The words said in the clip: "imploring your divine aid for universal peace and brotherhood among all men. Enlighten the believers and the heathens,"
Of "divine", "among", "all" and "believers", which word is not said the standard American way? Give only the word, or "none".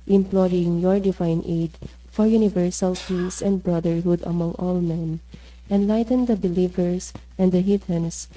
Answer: believers